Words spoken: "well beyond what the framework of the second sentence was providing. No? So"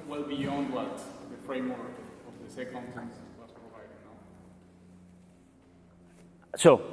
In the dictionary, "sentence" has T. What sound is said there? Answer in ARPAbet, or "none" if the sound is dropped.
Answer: S